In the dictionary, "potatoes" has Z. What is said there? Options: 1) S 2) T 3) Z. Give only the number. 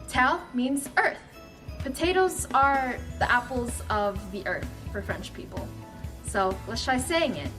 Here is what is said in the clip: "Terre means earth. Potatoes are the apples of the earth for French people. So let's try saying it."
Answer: 3